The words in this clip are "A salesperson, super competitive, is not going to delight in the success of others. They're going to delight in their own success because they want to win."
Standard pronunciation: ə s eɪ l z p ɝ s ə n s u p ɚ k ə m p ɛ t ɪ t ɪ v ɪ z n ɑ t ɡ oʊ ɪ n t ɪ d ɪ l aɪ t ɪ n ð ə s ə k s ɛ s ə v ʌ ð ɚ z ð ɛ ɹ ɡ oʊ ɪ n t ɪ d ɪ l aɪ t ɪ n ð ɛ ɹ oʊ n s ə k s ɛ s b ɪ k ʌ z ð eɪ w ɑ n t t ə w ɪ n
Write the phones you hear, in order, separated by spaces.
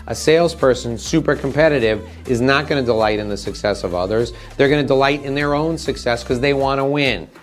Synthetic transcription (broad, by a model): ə s eɪ l z p ɝ s ə n s u p ɚ k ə m p ɛ t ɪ t ɪ v ɪ z n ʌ t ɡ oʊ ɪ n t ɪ d ɪ l aɪ t ɪ n ð ə s ə k s ɛ s ə v ʌ ð ɚ z ð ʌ ɹ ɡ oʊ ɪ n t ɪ d ɪ l aɪ t ɪ n ð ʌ ɹ oʊ n s ə k s ɛ s k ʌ z ð eɪ w ɑ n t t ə w ɪ n